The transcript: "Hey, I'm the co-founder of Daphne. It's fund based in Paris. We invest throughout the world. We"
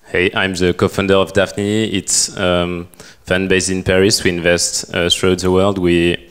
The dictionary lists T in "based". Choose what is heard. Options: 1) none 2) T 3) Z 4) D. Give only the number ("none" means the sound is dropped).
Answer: 1